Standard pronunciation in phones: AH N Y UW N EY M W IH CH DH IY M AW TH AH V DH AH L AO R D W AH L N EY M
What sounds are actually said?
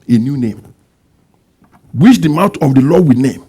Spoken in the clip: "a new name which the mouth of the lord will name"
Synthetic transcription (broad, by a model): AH N Y UW N EY M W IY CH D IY M AW T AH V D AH L AO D W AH N EY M